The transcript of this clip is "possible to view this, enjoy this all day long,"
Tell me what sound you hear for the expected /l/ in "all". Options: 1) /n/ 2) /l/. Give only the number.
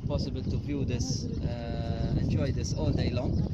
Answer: 1